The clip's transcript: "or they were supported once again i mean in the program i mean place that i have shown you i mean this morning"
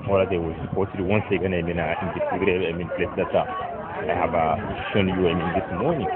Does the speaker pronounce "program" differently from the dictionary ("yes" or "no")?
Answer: yes